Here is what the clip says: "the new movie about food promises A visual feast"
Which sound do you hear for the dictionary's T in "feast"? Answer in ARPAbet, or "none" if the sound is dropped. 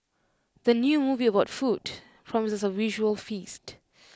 T